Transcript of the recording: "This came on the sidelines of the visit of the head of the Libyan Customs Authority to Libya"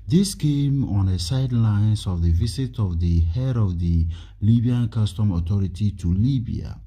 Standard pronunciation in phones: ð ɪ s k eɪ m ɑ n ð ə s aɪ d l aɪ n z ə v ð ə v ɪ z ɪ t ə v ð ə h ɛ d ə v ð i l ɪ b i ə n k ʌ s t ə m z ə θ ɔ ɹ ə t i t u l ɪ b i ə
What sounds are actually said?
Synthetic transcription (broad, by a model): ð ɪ s k eɪ m ɑ n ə s aɪ d l aɪ n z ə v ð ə v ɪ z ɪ t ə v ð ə h ɛ d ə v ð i l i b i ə n k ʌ s t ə m ə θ ɔ ɹ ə t i t u l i b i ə